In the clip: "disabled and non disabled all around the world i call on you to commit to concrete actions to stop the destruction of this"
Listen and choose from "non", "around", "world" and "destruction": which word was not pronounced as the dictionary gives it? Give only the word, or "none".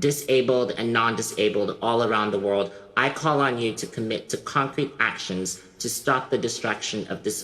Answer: none